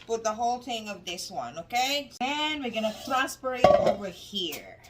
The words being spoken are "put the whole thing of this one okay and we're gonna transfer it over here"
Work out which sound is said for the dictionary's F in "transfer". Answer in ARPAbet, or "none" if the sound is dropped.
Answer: P